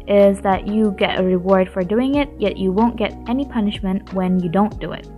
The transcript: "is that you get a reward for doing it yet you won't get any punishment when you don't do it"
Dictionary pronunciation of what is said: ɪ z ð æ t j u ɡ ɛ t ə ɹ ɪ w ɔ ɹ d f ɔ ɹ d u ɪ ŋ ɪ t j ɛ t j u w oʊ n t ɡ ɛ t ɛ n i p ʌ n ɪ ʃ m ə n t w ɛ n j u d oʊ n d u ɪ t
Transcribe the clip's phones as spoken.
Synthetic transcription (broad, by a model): ɪ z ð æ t j u ɡ ɛ t ə ɹ ɪ w ɔ ɹ d f ɔ ɹ d u ɪ ŋ ɪ t j ɛ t j u w oʊ n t ɡ ɛ t ɛ n i p ʌ n ɪ ʃ m ə n t w ɛ n j u d oʊ n d u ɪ t